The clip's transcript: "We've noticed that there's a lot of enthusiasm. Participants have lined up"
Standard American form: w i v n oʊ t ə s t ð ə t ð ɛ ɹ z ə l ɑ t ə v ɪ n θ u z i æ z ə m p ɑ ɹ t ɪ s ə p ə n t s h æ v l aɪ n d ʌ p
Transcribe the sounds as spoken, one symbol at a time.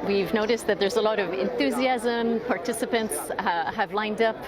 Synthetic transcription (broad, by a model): w i v n oʊ t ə s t ð ə t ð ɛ ɹ z ə l ɑ t ə v ɪ n θ u z i æ z ə m p ɑ ɹ t ɪ s ə p ə n t s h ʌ v l aɪ n d ʌ p